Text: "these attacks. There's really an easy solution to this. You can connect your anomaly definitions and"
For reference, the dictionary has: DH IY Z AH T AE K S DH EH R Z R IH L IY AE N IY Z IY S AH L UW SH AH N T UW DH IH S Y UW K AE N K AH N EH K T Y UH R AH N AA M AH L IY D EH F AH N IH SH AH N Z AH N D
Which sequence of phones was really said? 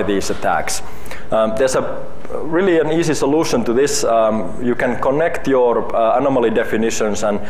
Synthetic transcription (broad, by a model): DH IY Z AH T AE K S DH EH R S R IH L IY AE N IY S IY S AH L UW SH AH N T UW DH IH S Y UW K AE N K AH N EH K T Y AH R AH N AA M AH L IY D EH F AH N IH SH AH N S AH N